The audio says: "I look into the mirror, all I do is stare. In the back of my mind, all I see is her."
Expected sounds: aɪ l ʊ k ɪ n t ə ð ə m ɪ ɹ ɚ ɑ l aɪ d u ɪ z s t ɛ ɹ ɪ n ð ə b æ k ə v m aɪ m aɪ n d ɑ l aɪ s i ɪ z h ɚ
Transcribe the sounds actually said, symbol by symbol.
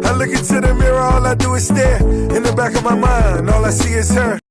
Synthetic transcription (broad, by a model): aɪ l ʊ k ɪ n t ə ð ə m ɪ ɹ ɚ ɑ l aɪ d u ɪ s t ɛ ɪ n ð ə b æ k ə v m aɪ m aɪ n d ɑ l aɪ s i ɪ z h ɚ